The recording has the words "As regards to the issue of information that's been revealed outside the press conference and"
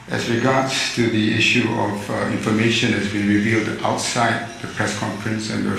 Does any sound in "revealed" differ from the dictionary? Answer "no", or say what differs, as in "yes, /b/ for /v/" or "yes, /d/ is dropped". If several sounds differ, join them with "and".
no